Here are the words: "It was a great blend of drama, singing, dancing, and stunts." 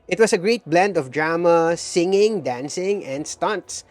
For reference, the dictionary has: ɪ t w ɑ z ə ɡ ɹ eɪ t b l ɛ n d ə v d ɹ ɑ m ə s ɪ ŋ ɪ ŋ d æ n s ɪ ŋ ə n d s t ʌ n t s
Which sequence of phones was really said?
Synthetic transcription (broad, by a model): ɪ t w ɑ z ə ɡ ɹ eɪ t b l ɛ n d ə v d ɹ ɑ m ə s ɪ ŋ ɪ ŋ d æ n s ɪ ŋ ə n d s t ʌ n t s